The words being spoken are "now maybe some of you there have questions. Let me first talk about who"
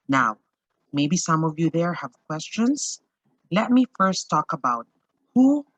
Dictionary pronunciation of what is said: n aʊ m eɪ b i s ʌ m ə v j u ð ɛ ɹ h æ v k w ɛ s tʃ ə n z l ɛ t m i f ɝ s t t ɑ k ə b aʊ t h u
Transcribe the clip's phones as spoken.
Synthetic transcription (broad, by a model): n aʊ m eɪ b i s ʌ m ə v j u ð ɛ ɹ h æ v k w ɛ s tʃ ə n s l ɛ t m i f ɝ s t t ɑ k ə b aʊ t h u